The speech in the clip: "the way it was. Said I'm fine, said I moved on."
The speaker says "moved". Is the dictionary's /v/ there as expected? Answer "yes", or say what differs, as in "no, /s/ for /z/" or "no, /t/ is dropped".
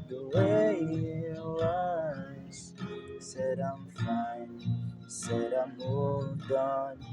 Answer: no, /v/ is dropped